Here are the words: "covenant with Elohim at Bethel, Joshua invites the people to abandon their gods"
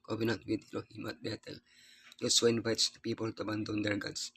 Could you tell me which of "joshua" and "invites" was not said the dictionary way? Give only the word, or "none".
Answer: joshua